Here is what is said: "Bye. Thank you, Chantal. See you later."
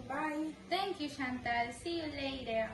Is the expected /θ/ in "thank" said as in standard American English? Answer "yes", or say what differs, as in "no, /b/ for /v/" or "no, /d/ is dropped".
no, /t/ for /θ/